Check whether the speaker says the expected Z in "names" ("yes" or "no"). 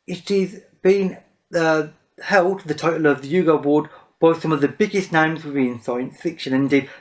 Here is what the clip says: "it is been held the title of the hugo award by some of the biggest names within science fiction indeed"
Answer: yes